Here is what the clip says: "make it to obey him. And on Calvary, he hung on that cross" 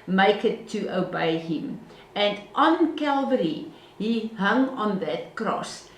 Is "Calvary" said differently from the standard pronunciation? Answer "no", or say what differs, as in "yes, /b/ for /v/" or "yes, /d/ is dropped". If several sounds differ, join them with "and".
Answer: no